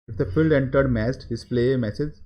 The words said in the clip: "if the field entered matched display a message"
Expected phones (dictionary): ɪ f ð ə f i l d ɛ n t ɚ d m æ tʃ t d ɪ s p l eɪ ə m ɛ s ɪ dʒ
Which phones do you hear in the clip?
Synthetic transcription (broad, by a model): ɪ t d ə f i l d ɛ n t ɚ d m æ s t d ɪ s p l eɪ m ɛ s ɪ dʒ